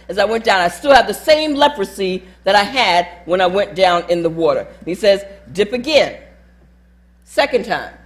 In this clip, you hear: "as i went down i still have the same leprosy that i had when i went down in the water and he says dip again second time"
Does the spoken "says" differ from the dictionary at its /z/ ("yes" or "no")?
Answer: no